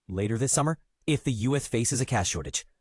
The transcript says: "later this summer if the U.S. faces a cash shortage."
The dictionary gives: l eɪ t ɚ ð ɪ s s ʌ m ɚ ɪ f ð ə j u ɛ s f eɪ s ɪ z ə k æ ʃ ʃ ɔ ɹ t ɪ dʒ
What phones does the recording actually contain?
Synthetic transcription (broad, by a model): l eɪ t ɚ ð ɪ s s ʌ m ɚ ɪ f ð ə j u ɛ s f eɪ s ɪ z ə k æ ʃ ʃ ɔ ɹ t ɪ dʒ